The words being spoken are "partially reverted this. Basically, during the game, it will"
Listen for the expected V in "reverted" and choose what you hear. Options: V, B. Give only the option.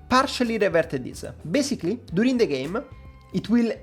V